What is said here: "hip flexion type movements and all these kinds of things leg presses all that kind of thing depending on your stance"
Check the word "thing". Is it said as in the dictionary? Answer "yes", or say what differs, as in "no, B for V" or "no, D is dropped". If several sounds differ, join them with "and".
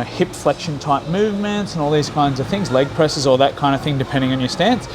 yes